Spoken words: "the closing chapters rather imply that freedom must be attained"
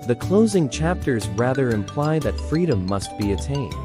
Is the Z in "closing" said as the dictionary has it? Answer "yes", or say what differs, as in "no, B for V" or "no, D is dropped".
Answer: yes